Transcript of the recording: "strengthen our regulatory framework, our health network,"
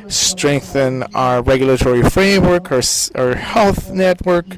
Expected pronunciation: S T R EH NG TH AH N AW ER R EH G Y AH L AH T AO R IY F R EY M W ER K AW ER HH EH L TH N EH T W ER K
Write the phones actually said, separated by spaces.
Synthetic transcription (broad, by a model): S T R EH NG TH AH N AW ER R EH G Y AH L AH T AO R IY F R EY M W ER K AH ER HH EH L TH N EH T W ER K